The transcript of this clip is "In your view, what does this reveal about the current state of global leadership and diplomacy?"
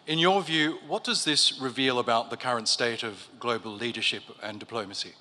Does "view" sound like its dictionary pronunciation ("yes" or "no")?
yes